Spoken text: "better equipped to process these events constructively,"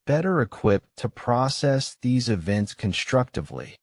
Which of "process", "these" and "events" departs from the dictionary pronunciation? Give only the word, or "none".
none